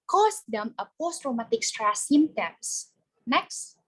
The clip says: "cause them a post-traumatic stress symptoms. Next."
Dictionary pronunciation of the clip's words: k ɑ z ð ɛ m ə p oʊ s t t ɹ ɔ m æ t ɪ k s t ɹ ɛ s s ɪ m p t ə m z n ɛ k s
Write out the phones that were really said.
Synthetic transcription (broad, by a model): k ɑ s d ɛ m ə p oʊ s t t ɹ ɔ m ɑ t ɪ k s t ɹ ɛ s s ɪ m t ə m s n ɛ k s